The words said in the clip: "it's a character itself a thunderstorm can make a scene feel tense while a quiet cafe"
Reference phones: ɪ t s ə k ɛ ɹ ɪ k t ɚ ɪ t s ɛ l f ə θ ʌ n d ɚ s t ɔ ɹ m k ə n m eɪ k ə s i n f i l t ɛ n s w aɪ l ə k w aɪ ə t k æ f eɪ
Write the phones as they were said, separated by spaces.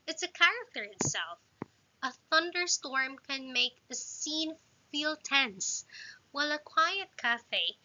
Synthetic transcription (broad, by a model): ɪ t s ə k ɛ ɹ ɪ k t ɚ ɪ t s ɛ l f ə θ ʌ n d ɚ s t ɔ ɹ m k ə n m eɪ k ə s i n f i l t ɛ n s w aɪ l ə k w aɪ ə t k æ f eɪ